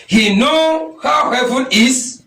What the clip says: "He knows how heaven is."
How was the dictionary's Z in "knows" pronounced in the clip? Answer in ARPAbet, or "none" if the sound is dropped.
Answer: none